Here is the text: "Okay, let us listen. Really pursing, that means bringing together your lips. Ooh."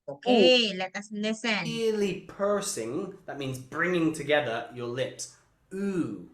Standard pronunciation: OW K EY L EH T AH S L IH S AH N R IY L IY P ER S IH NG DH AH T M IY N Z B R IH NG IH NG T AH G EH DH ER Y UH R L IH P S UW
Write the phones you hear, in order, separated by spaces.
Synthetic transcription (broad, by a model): OW K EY L EH T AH S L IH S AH N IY L IY P ER S IH NG DH AH T M IY N Z B R IH NG IH NG T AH G EH DH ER Y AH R L IH P S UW